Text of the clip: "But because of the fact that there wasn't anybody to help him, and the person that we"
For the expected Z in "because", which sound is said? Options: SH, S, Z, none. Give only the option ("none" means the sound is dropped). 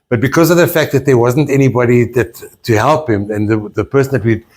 Z